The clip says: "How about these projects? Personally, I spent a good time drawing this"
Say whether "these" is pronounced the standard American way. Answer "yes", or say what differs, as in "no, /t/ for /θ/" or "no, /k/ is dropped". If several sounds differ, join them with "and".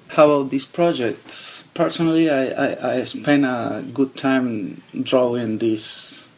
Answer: no, /s/ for /z/